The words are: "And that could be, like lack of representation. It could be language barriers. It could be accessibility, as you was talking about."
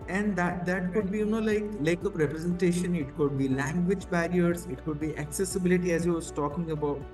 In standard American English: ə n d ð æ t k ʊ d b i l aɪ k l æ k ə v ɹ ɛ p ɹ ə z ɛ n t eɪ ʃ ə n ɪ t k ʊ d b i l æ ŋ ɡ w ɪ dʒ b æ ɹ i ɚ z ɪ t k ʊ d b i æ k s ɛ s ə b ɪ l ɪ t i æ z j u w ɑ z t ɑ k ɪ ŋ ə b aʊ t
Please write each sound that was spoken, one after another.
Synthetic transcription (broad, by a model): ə n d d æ t k ʊ d b i l aɪ k l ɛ k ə p ɹ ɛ p ɹ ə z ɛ n t eɪ ʃ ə n ɪ t k ʊ d b i l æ ŋ ɡ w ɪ dʒ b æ ɹ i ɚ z ɪ t k ʊ d b i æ k s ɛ s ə b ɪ l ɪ t i æ z j u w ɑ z t ɑ k ɪ ŋ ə b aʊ t